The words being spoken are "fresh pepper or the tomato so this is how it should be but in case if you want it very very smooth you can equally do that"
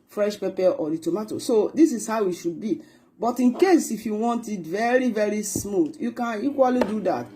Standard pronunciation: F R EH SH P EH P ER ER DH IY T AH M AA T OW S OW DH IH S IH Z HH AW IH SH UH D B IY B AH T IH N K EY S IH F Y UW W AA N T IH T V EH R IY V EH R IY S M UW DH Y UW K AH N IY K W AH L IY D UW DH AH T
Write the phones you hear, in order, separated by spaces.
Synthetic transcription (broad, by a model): F R EH SH P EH P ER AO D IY T AH M AA T OW S OW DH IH S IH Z HH AW IH SH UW D B IY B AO T IH N K EY S IH F Y UW W AA N T IH T V EH R IY V EH R IY S M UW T Y UW K AH N IY K W AH L IY D UW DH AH T